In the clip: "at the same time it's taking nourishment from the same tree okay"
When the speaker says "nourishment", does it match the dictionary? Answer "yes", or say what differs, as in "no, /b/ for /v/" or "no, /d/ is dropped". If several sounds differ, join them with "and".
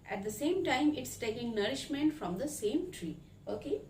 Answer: yes